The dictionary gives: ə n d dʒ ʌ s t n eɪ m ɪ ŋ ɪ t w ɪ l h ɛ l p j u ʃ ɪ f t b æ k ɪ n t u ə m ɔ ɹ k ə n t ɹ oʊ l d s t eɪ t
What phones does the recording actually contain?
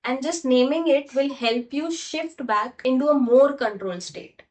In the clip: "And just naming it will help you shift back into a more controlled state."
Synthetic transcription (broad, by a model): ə n d dʒ ʌ s t n eɪ m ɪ ŋ ɪ t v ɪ l h ɛ l p j u ʃ ɪ f t b æ k ɪ n t u ə m ɔ ɹ k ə n t ɹ oʊ l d s t eɪ t